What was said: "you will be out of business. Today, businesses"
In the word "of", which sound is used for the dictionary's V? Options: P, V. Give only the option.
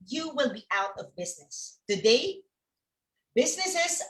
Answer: V